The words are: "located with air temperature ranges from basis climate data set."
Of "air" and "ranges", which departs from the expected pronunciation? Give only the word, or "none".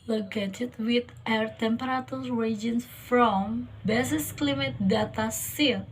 ranges